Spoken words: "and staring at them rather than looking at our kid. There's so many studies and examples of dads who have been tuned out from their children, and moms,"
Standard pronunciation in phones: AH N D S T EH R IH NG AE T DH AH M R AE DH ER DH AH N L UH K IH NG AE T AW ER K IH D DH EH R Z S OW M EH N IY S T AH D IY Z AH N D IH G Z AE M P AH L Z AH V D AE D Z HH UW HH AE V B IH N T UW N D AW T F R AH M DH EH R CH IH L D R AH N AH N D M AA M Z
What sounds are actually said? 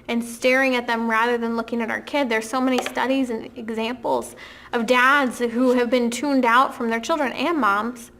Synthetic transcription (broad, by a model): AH N S T EH R IH NG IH T DH AH M R AE DH ER DH AH N L UH K IH NG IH T AW ER K IH D DH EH R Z S OW M EH N IY S T AH D IY Z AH N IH G Z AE M P L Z AH V D AE D Z HH UW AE V B IH N T UW N D AW T F R AH M DH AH R CH IH L D R AH N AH N M AA M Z